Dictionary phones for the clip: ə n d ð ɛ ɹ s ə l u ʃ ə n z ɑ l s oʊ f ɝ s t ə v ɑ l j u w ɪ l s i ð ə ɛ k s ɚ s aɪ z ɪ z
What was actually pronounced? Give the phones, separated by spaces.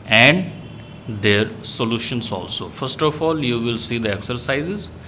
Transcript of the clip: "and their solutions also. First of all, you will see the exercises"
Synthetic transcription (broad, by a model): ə n d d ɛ ɹ s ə l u ʃ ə n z ɑ l s oʊ f ɝ s t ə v ɑ l j u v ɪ l s i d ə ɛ k s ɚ s aɪ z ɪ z